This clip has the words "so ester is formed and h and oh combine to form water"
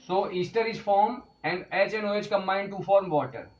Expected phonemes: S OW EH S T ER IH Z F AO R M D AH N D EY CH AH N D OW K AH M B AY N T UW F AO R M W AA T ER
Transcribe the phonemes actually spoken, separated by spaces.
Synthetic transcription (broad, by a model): S OW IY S T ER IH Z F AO R M AH N D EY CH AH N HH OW K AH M AY N T UW F AO R M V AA T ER